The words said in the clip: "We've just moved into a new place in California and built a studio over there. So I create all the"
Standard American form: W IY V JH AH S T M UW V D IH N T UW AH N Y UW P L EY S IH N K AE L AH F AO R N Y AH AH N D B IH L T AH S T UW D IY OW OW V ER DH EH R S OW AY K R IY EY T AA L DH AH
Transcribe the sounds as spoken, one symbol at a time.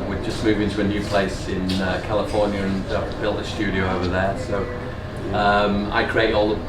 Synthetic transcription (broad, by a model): W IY JH AH S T M UW V IH N T UW AH N Y UW P L EY S IH N K AE L AH F AO R N Y AH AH N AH B IH L T AH S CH UW D IY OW OW V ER DH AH R S OW AY K R IY EY T AA L DH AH